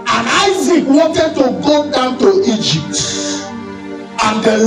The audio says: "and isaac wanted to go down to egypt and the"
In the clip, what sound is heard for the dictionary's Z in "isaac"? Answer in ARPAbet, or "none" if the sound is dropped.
Z